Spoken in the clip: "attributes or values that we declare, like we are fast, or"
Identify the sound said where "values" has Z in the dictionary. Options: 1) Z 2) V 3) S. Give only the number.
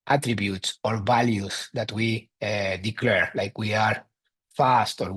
3